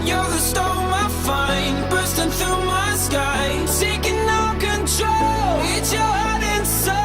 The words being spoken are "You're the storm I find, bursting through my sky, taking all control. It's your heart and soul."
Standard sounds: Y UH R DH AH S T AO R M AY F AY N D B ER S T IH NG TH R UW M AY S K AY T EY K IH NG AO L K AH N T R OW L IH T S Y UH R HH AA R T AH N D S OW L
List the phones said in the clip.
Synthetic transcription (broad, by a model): Y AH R DH AH S T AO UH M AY F AY N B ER S T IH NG TH R UW M AY S K AY S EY K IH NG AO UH K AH N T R OW L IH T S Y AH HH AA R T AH N S